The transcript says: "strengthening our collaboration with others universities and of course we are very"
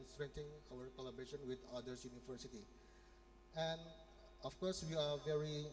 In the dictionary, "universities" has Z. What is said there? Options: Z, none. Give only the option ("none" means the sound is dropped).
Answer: none